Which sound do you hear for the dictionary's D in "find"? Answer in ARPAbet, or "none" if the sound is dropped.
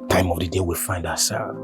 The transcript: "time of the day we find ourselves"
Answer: D